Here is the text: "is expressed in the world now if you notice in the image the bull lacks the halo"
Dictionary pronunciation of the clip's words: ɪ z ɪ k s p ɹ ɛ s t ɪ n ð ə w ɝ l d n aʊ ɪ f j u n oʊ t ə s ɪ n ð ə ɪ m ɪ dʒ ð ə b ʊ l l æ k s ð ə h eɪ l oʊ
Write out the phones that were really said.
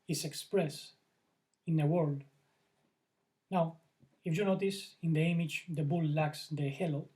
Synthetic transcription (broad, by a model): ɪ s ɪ k s p ɹ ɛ s ɪ n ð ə w ɝ l d n aʊ ɪ f j u n oʊ t ə s ɪ n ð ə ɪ m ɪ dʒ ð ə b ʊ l l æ k s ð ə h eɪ l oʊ